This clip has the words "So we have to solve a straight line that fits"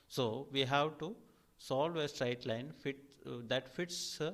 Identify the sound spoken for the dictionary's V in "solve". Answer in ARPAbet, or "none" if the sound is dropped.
V